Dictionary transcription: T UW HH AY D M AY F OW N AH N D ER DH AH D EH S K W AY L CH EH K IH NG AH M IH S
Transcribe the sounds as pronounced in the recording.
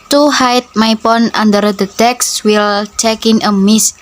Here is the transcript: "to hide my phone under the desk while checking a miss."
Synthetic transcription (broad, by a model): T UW HH AY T M AY P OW N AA N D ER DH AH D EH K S W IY L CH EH K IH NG AH M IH S